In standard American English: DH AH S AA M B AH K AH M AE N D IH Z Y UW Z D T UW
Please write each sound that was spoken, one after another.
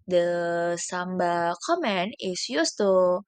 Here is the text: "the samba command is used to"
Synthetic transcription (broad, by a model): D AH S AA M B AH K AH M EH N IH S Y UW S T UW